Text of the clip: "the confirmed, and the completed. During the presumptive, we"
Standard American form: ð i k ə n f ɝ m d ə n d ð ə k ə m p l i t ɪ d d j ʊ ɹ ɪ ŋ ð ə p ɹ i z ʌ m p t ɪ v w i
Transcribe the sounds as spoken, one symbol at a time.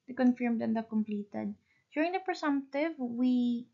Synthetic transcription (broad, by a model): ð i k ə n f ɝ m d ə n d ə k ə m p l i t ɪ d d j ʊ ɹ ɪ ŋ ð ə p ɹ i s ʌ m p t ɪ v w i